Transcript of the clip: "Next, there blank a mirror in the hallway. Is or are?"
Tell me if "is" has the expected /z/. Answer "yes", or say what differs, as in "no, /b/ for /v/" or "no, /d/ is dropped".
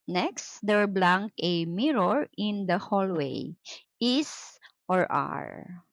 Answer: no, /s/ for /z/